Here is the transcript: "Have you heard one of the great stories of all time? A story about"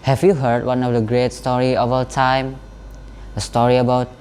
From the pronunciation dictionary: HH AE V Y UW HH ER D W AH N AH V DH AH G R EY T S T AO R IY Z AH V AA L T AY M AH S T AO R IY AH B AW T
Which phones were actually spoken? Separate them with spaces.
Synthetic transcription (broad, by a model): HH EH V Y UW HH ER D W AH N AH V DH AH G R EY T S T AO R IY AH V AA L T AY M AH S T AO R IY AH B AW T